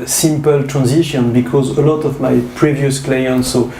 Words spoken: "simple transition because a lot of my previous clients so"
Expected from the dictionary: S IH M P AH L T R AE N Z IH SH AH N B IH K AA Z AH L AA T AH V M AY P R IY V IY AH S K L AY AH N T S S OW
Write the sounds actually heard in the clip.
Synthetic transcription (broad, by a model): S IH M P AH L T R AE N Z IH SH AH N B IH K AA Z AH L AA T AH V M AY P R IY V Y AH S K L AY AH N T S S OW